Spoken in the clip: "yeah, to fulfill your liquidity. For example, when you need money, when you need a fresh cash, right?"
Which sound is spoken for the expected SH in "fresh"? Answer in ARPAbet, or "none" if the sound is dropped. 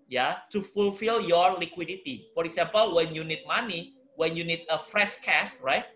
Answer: S